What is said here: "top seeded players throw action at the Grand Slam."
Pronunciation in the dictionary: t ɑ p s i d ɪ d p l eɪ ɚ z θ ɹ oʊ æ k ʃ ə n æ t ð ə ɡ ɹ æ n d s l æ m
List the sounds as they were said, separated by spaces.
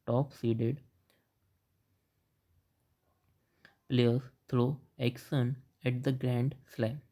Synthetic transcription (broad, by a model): t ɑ p s i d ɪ d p l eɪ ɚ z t ɹ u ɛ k s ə n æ t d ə ɡ ɹ æ n d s l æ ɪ